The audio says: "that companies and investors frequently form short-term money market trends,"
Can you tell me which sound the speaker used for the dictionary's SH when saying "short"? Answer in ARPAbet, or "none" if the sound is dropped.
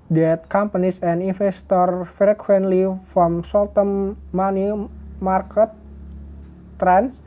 S